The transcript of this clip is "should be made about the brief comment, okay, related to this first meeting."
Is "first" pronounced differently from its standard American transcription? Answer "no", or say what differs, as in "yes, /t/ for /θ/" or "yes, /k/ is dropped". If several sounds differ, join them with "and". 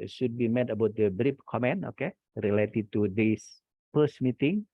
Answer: yes, /p/ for /f/